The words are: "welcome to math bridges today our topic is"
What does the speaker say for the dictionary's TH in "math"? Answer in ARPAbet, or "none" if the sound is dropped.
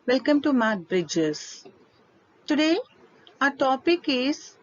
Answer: T